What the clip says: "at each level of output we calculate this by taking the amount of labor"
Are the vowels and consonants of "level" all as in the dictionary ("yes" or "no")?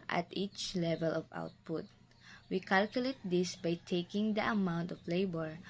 yes